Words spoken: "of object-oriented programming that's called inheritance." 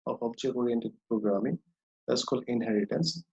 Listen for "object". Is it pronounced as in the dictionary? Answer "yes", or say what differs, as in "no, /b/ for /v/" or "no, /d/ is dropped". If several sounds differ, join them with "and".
no, /t/ is dropped